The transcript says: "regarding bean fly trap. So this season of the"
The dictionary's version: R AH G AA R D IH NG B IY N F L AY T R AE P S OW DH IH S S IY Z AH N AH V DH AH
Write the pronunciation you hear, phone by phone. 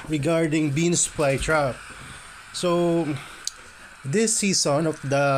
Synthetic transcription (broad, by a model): R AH G AA R D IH NG B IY N P L AY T R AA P S OW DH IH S S IY S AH N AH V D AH